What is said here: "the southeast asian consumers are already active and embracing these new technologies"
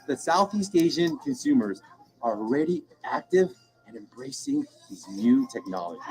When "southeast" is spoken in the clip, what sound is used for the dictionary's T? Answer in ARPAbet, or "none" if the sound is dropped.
T